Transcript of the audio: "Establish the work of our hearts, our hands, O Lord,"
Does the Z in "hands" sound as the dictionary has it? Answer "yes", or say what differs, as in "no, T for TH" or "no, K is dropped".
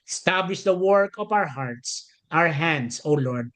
no, S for Z